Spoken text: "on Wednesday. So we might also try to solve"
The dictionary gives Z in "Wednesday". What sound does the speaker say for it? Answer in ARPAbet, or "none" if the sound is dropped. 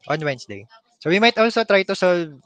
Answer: S